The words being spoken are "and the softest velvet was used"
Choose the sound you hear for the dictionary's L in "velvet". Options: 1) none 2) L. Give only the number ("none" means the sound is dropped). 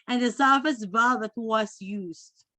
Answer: 1